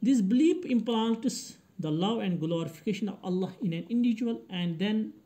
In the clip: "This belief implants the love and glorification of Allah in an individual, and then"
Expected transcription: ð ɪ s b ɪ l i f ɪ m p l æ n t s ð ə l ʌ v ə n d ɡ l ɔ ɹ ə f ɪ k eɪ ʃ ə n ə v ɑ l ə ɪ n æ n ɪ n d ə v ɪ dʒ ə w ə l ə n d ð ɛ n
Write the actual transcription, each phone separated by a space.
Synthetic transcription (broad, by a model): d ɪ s b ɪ l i p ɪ m p l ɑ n t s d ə l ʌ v ə n d ɡ l ɔ ɹ ə f ɪ k eɪ ʃ ə n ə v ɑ l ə ɪ n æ n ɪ n d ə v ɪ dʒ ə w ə l ə n d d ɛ n